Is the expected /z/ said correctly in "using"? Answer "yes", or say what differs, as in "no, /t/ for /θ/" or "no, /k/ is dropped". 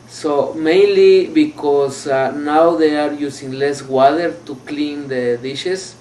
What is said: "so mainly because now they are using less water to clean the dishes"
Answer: no, /s/ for /z/